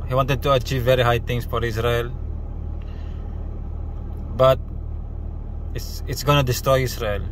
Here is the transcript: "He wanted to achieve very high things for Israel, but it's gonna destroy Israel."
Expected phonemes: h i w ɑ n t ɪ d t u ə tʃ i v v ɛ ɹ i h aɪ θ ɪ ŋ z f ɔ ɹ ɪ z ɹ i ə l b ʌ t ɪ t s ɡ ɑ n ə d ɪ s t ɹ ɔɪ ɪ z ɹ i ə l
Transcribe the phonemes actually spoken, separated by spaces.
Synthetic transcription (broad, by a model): h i w ɑ n t ɪ d t u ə tʃ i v v ɛ ɹ i h aɪ t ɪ ŋ s f ɔ ɹ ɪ s ɹ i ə l b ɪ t ɪ t s ɡ ɑ n ə d ɪ s t ɹ ɔɪ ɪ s ɹ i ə l